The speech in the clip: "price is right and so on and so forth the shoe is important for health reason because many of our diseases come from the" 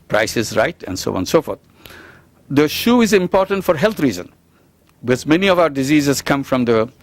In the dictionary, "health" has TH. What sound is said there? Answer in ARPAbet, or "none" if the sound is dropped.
T